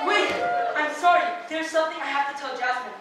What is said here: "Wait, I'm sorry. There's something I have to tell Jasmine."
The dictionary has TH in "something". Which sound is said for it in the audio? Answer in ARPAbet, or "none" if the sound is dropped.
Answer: TH